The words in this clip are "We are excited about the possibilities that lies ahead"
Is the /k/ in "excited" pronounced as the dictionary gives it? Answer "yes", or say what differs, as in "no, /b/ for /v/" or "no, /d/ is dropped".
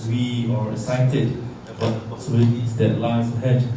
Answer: no, /k/ is dropped